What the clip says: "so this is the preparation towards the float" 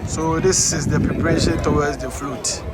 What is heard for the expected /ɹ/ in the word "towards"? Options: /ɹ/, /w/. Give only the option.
/w/